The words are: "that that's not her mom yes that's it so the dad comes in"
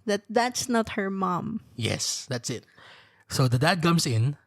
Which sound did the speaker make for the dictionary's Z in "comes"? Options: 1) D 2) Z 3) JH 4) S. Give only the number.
4